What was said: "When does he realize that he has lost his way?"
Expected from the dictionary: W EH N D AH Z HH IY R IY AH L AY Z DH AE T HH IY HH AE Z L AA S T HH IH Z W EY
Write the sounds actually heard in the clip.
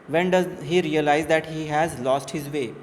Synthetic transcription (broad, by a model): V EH N D AH Z HH IY R IY AH L AY Z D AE T HH IY HH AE Z L AA S T HH IH Z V EY